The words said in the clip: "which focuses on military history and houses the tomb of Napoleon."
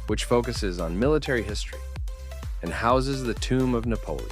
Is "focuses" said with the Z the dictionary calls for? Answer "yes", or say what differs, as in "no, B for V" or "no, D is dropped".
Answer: yes